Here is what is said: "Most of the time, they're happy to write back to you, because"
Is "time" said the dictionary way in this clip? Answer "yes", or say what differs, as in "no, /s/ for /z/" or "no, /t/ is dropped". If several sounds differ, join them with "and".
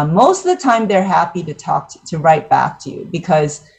yes